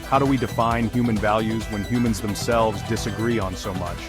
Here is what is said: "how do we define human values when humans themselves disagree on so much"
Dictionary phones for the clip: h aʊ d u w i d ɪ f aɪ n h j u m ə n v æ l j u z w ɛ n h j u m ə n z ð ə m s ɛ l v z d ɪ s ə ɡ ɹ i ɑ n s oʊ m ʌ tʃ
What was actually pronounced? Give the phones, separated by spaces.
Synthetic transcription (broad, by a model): h aʊ d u w i d ɪ f aɪ n h j u m ə n v æ l j u z w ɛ n h j u m ə n z ð ə m s ɛ l v z d ɪ s ə ɡ ɹ i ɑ n s oʊ m ʌ tʃ